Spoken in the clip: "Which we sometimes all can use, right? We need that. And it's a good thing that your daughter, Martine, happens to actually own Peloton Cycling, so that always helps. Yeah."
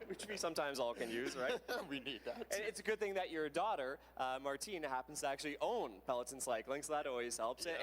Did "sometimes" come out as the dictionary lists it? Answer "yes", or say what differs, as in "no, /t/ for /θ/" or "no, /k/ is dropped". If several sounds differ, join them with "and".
yes